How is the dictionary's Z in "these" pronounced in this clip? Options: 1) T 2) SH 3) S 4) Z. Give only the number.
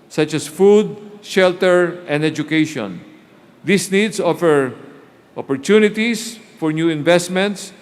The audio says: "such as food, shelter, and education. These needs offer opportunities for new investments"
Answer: 3